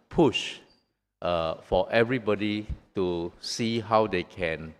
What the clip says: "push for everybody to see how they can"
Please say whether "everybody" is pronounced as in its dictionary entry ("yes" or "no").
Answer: yes